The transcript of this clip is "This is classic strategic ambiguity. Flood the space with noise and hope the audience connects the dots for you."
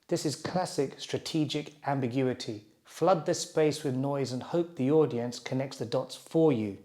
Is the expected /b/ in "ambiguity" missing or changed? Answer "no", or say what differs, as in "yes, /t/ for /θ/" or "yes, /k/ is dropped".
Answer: no